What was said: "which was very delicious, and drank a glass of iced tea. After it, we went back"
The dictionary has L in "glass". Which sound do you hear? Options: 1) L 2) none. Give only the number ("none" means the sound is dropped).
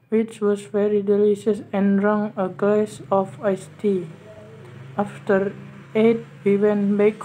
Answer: 2